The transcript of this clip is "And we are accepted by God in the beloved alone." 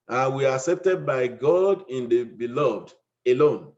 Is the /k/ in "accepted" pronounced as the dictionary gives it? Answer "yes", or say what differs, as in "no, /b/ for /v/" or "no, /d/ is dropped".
yes